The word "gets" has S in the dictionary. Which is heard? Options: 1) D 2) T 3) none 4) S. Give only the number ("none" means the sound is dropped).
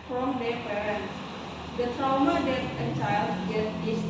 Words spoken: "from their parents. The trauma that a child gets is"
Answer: 3